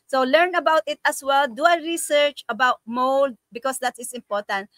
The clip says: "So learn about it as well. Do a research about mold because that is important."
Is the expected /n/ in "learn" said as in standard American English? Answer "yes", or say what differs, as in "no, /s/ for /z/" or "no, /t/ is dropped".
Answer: yes